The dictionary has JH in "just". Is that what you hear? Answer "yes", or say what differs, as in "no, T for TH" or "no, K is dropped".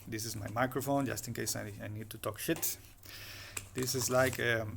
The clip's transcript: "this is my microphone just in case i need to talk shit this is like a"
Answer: yes